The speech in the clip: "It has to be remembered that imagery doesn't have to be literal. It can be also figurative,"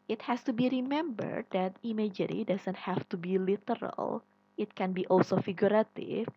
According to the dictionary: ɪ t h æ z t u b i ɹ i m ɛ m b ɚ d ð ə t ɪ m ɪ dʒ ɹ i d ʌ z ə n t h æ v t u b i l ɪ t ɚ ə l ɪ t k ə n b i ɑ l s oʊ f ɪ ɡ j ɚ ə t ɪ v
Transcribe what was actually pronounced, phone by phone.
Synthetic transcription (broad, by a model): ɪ t h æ s t u b i ɹ i m ɛ m b ɚ d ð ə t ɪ m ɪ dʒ ɹ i d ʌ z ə n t h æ f t u b i l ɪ t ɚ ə l ɪ t k ə n b i ɑ l s oʊ f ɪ ɡ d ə t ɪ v